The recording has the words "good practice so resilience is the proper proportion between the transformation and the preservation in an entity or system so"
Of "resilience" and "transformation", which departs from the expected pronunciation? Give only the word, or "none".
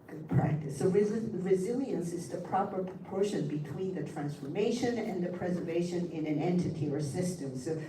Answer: none